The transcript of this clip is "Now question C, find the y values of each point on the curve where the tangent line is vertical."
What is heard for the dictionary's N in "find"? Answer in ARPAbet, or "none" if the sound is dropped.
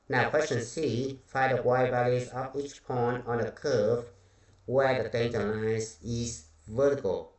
none